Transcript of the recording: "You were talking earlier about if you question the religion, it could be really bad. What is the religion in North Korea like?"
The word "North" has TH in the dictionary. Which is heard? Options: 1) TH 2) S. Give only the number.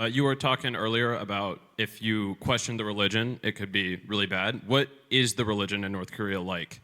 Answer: 1